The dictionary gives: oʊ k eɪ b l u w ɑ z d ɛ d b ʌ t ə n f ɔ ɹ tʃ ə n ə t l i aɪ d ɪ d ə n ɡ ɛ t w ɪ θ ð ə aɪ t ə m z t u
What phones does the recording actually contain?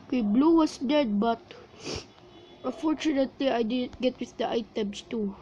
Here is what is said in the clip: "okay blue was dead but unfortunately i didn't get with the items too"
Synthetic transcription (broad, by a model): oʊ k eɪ b l u w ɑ s d ɛ d b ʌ t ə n f ɔ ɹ tʃ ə n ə t l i aɪ d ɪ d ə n ɡ ɛ t w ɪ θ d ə aɪ t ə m s t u